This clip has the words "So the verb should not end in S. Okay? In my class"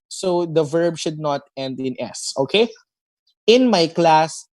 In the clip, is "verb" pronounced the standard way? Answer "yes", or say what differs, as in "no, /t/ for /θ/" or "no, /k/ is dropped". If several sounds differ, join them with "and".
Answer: yes